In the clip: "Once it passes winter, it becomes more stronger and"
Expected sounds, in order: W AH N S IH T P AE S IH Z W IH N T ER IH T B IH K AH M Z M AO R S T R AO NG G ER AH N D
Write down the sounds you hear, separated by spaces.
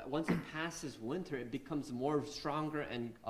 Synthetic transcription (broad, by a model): W AH N S IH T P AE S IH Z W IH N T ER IH T B IH K AH M Z M AO R S T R AO NG G ER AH N